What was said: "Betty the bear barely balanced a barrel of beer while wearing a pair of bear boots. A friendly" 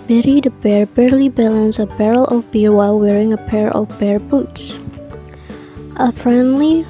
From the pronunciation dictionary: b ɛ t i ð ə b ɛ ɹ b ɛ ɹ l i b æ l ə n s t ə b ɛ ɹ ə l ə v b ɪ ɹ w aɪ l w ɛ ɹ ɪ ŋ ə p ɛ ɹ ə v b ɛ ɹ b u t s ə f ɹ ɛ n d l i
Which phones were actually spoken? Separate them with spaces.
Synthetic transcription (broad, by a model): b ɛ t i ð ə b ɛ ɹ b ɛ ɹ l i b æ l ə n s ə b ɛ ɹ ə l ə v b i ɹ w aɪ l w ɛ ɹ ɪ ŋ ə p ɛ ɹ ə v b ɛ ɹ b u t s ə f ɹ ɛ n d l i